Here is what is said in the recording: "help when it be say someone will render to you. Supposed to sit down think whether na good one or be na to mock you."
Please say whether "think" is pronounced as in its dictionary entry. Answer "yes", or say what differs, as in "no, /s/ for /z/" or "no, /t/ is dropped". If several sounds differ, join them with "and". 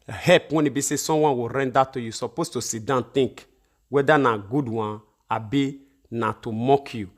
no, /t/ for /θ/